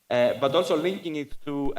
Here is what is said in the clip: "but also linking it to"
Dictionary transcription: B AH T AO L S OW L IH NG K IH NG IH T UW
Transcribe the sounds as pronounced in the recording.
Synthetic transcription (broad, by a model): B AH T AO L S OW L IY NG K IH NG IH T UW